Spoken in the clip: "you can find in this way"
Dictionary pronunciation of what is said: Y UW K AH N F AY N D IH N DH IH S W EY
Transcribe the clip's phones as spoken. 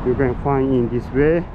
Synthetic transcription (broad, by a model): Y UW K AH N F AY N IH N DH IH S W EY